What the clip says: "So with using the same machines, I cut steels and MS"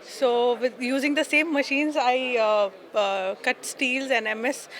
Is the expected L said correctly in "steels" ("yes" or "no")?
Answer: yes